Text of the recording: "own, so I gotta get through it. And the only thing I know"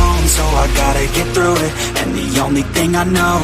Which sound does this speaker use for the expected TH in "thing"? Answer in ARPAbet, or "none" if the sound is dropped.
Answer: TH